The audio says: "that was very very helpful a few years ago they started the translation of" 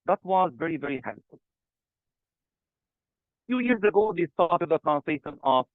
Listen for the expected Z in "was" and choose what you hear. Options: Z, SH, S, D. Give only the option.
Z